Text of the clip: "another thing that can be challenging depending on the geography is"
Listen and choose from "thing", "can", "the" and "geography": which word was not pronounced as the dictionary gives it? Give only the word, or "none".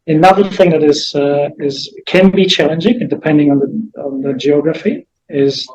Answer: none